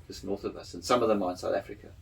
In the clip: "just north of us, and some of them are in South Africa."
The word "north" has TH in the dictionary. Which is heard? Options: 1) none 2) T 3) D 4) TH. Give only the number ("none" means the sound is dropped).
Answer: 4